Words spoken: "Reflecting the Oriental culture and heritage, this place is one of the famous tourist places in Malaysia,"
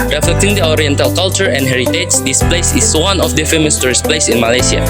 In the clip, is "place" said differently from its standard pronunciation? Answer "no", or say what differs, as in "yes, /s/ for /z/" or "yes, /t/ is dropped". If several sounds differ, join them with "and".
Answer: no